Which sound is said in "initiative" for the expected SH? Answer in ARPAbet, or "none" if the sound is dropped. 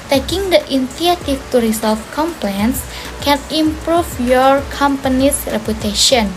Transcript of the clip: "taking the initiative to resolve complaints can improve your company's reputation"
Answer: none